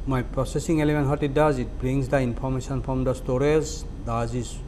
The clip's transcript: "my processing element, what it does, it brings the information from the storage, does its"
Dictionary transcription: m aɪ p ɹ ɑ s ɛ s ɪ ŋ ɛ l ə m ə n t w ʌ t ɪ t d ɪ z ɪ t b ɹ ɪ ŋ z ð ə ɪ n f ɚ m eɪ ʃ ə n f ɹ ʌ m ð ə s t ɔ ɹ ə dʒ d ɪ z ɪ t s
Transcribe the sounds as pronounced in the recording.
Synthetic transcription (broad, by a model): m aɪ p ɹ ɑ s ɛ s ɪ ŋ ɛ l ə m ə n t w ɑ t ɪ t d ɪ z ɪ t b ɹ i ŋ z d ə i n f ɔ m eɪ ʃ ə n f ɹ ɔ m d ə s t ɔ ɹ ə z d ɪ z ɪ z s